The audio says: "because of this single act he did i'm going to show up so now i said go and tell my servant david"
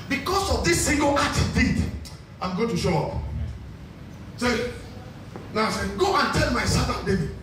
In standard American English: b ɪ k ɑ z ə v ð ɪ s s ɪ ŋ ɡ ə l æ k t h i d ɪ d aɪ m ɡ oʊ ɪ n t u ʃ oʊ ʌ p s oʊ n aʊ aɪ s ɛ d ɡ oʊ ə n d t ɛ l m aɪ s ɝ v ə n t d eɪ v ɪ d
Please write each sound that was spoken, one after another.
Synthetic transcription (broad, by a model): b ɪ k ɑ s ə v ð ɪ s s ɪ ŋ ɡ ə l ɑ t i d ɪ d aɪ m ɡ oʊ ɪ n t u ʃ oʊ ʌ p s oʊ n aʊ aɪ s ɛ ɡ oʊ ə n t ɛ l m aɪ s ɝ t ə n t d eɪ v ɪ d